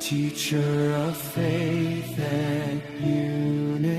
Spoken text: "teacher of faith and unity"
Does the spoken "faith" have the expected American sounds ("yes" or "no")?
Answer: yes